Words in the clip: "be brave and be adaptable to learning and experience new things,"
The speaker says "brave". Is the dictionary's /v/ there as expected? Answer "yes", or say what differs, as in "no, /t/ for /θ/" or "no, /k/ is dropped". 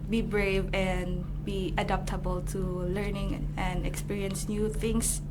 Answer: yes